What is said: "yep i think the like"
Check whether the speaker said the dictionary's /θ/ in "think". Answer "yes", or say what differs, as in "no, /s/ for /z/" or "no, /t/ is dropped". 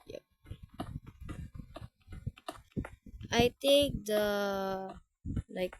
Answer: no, /t/ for /θ/